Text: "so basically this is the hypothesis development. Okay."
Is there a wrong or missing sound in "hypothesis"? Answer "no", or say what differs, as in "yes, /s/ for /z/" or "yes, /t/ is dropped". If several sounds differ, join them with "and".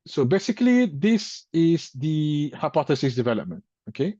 no